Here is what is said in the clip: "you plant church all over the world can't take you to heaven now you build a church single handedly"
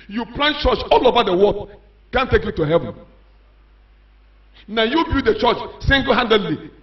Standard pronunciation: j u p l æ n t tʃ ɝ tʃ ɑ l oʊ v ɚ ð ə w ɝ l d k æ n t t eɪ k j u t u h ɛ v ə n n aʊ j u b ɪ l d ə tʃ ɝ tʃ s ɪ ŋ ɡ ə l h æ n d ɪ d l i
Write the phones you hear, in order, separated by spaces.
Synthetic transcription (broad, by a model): j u p l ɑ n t tʃ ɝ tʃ ɑ l oʊ v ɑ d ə w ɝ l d k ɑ n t t eɪ k j u t u h ɛ v ə n n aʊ j u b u d ə tʃ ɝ tʃ s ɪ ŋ ɡ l h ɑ n d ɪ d l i